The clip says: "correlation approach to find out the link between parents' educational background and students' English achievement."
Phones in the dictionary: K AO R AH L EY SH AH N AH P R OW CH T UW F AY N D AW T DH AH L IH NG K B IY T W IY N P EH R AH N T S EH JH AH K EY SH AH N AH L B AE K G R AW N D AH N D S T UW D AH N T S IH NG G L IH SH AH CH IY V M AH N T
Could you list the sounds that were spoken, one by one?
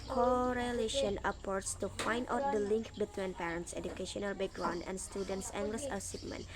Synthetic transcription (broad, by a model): K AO R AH L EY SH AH N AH P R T S T UW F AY N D AW T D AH L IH NG K B IY T W IY N P EH R AH N T S EH JH AH K EY SH AH N AH L B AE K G R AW N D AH N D S T UW D AH N T S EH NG G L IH S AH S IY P M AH N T